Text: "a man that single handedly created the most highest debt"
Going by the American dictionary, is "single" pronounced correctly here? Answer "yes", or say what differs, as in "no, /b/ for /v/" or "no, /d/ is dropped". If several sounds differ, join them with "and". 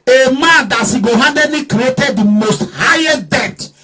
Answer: no, /ŋ/ is dropped